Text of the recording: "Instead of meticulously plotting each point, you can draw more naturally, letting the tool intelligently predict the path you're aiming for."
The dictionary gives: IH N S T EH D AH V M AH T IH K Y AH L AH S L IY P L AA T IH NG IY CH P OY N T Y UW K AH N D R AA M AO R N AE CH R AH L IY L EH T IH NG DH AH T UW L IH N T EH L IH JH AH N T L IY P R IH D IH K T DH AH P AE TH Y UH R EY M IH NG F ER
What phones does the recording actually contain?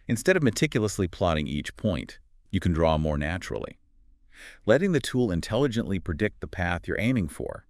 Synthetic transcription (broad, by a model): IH N S T EH D AH V M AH T IH K Y L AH S L IY P L AA T IH NG IY CH P OY N T Y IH K N D R AA M AO R N AE CH R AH L IY L EH T IH NG DH AH T UW L IH N T EH L IH JH AH N T L IY P R IH D IH K T DH AH P AE TH Y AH R EY M IH NG F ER